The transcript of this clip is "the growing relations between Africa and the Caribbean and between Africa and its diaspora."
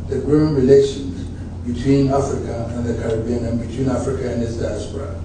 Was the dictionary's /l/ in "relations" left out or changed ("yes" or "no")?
no